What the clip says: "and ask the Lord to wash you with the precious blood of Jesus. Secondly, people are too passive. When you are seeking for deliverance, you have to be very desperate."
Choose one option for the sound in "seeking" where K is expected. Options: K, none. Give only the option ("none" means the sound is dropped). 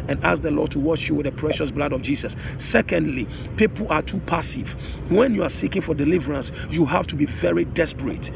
K